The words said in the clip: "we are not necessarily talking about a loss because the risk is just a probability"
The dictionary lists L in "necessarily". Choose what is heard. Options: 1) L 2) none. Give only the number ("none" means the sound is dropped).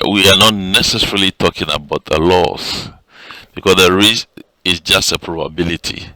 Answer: 1